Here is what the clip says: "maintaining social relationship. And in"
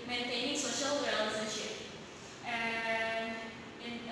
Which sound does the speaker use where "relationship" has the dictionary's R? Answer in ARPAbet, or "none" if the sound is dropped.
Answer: W